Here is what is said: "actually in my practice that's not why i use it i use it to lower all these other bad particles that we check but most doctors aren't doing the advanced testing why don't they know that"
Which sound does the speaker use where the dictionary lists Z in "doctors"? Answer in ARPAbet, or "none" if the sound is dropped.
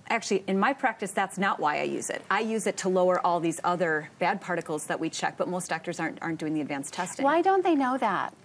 Z